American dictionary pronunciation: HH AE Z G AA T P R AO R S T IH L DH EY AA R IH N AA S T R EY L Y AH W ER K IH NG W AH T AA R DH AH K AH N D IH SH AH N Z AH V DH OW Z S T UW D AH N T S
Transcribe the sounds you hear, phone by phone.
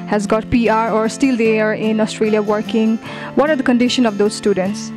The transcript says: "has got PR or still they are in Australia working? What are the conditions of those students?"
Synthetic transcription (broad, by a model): HH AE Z G AA T P R AO R S T IH L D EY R IH N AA S T R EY L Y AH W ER K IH NG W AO T AA R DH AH K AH N D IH SH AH N AH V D OW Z S T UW D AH N T S